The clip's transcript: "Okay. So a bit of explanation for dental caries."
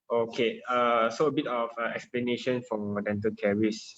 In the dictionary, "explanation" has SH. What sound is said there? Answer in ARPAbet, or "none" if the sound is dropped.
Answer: SH